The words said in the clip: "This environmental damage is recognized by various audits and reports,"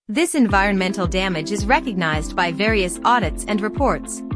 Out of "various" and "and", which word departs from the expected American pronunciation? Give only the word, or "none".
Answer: none